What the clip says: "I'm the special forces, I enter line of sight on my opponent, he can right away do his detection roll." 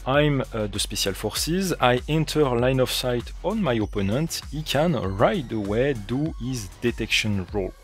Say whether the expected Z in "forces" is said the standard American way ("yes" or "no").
yes